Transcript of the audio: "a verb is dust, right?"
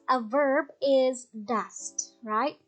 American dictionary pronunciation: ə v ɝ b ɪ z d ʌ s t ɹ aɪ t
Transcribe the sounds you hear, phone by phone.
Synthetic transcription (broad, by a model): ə v ɝ b ɪ z d ʌ s t ɹ aɪ t